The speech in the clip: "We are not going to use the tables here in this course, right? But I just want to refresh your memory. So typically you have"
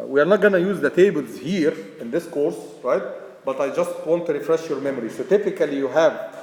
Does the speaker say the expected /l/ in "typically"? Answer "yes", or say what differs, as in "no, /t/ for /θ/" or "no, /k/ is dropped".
yes